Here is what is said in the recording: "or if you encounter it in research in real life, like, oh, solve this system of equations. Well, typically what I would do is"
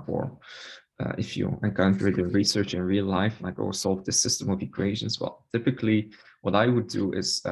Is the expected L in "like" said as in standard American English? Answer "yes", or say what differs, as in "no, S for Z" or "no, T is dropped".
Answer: no, N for L